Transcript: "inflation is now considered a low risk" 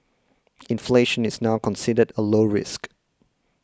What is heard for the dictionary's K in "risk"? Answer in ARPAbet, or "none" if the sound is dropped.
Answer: K